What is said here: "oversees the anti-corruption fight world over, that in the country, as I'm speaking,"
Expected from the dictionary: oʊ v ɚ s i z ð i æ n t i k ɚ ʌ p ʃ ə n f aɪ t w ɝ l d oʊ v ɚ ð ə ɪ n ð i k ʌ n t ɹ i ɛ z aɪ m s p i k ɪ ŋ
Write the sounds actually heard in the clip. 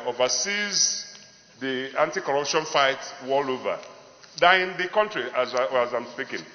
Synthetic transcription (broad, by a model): oʊ v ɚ s i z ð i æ n t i k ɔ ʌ p ʃ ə n f aɪ t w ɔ l oʊ v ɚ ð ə ɪ n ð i k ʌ n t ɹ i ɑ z aɪ m s p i k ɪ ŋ